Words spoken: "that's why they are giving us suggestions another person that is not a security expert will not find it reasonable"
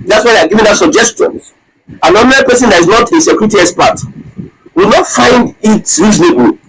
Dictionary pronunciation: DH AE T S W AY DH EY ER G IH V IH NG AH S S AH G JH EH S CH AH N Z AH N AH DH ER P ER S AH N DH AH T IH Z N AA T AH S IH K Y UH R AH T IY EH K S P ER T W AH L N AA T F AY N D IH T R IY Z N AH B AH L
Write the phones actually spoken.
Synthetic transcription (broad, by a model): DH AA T S W AY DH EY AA G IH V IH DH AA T S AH JH EH S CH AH N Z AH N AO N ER P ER S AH N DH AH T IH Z N AA T AH S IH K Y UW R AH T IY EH S P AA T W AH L N AA T F AY N D IH T R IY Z N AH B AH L